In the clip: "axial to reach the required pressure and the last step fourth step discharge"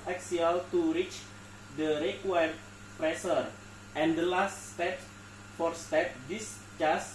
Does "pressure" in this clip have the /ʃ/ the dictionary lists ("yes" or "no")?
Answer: no